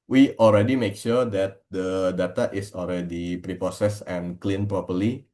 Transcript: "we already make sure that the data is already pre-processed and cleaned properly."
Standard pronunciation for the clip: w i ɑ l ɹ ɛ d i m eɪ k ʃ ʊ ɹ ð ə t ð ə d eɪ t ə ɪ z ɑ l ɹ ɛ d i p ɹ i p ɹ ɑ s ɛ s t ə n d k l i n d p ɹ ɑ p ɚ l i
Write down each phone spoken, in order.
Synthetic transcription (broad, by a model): w i ɑ l ɹ ɛ d i m eɪ k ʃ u ɹ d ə t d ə d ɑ t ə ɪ s ɑ l ɹ ɛ d i p ɹ i p ɑ s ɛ s ə n k l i n p ɹ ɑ p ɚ l i